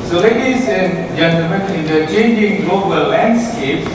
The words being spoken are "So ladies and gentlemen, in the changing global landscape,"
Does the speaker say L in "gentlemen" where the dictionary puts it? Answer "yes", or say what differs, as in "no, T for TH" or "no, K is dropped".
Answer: no, L is dropped